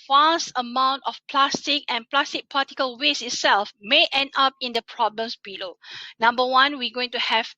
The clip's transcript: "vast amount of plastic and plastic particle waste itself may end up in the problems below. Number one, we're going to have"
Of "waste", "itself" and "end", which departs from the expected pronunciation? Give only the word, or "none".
waste